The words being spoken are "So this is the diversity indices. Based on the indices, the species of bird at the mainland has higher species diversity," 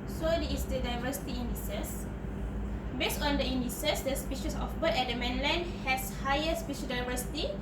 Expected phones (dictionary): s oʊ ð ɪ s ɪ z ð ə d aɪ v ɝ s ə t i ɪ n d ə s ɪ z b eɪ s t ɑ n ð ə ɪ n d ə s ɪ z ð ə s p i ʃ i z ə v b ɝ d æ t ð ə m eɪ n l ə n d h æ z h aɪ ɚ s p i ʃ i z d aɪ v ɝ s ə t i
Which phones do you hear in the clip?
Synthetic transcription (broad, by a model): s oʊ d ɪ ɪ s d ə d aɪ v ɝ s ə t i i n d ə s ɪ s b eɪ s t ɑ n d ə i n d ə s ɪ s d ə s p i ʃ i s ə f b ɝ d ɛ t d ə m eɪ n l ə n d h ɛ s h aɪ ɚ s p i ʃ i d aɪ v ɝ s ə t i